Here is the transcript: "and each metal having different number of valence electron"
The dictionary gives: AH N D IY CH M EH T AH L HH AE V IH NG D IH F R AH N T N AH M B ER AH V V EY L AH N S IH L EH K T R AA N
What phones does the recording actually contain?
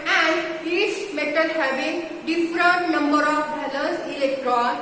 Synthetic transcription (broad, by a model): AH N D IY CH M EH T AH L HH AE B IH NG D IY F R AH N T N AH M B ER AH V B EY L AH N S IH L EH K T R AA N